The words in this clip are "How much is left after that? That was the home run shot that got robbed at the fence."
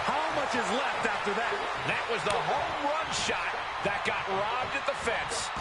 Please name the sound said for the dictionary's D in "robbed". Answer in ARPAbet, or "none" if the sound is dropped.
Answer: D